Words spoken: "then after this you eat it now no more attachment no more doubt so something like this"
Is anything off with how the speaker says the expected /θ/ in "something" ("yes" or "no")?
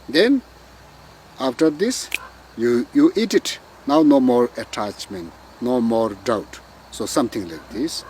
yes